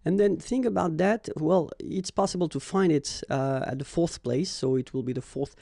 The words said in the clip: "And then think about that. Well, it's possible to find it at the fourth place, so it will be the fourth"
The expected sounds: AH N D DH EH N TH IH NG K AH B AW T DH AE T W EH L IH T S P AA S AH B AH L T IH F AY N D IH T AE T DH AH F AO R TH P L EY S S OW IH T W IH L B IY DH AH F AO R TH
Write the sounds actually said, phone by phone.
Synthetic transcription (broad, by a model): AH N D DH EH N TH IH NG K AH B AW T DH AE T W EH L IH T S P AA S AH B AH L T IH F AY N D IH T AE T DH AH F AO R TH P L EY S S OW IH T W IH L B IY DH AH F AO R TH